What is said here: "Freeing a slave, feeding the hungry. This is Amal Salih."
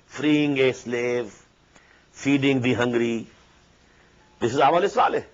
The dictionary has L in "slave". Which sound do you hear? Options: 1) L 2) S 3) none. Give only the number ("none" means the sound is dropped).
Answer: 1